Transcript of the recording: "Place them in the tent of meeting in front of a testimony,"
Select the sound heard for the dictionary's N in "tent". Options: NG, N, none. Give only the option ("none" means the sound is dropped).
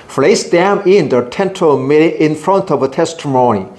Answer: N